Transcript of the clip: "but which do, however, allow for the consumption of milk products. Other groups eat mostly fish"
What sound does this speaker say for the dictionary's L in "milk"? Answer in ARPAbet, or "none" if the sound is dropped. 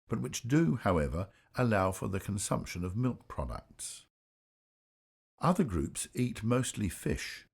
L